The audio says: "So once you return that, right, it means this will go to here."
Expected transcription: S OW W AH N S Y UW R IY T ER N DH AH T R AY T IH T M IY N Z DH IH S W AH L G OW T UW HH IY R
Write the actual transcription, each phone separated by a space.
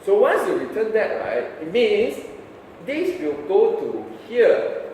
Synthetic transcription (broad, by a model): S OW W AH N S Y UW R IY T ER N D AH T R AY T IH T M IY N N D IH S W AH L G OW T UW HH IY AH